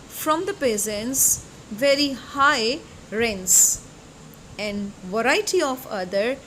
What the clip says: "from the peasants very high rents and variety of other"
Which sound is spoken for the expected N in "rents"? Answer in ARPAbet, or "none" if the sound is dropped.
N